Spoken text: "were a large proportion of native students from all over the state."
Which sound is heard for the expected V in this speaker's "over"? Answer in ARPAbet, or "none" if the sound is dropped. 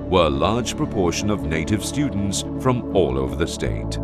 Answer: V